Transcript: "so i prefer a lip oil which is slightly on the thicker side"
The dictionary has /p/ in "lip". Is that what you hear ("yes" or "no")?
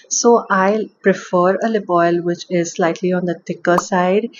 no